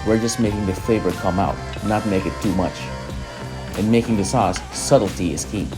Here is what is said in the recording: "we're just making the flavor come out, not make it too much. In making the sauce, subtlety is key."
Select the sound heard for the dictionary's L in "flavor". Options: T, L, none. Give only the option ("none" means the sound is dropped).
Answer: none